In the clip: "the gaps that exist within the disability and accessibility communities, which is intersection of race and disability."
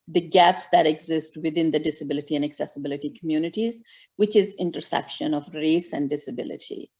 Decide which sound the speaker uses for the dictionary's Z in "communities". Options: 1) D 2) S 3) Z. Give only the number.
3